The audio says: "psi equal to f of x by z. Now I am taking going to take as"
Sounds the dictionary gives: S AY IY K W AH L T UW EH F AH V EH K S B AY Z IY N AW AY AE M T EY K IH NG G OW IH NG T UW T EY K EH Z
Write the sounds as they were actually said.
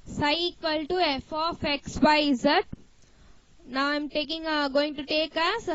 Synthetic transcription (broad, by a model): S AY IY K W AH L T UW EH F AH F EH K S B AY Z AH N AW AY M T EY K IH NG G OW IH NG T UW T EY K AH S